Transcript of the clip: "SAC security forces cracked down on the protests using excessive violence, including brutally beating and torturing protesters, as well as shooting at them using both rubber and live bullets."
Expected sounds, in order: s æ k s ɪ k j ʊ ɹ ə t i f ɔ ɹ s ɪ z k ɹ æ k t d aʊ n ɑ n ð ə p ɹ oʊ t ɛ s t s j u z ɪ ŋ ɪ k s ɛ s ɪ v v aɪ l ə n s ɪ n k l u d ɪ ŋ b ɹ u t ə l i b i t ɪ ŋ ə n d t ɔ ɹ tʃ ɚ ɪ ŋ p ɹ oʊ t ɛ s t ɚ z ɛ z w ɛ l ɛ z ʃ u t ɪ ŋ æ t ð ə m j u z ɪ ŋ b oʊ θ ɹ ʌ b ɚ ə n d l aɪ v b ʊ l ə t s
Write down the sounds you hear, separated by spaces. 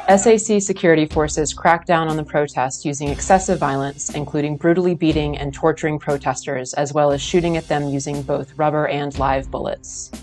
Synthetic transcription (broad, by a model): s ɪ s s ɪ k j ʊ ɹ ə t i f ɔ ɹ s ɪ z k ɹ æ k d aʊ n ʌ n ð ə p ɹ oʊ t ɛ s t j u z ɪ ŋ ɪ k s ɛ s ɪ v v aɪ l ə n s ɪ n k l u d ɪ ŋ b ɹ u t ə l i b i t ɪ ŋ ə n t ɔ ɹ tʃ ɚ ɪ ŋ p ɹ oʊ t ɛ s t ɚ z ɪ z w ɛ l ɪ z ʃ u t ɪ ŋ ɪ t ð ə m j u z ɪ ŋ b oʊ θ ɹ ʌ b ɚ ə n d l aɪ v b ʊ l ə t s